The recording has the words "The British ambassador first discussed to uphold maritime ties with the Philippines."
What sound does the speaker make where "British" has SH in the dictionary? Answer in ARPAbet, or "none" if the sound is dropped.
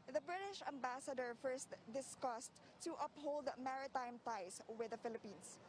SH